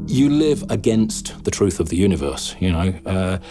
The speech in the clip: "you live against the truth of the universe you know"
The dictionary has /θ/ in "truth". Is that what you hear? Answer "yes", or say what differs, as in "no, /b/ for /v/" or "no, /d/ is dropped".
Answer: yes